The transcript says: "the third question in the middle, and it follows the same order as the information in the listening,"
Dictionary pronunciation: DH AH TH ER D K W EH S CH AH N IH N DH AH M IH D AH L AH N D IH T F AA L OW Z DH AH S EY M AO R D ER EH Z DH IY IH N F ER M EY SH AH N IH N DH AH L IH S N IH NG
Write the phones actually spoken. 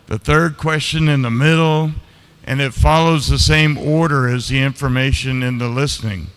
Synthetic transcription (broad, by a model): DH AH TH ER D K W EH S CH AH N IH N DH AH M IH D L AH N IH T F AA L OW Z DH AH S EY M AO R D ER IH Z DH IY IH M F ER M EY SH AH N IH N DH AH L IH S N IH NG